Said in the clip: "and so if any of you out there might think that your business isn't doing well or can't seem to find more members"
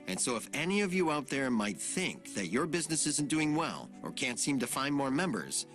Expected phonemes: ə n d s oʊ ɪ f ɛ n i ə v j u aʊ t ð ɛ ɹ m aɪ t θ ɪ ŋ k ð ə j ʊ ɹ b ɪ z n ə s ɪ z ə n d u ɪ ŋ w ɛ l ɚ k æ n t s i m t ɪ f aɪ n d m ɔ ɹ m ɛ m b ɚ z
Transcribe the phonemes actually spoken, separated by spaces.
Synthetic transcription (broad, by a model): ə n s oʊ ɪ f ɛ n i ə v j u aʊ t ð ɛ ɹ m aɪ t θ ɪ ŋ k ð ə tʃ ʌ ɹ b ɪ z n ə s ɪ z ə n d u ɪ ŋ w ɛ l ɚ k æ n t s i m t ɪ f aɪ n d m ɔ ɹ m ɛ m b ɚ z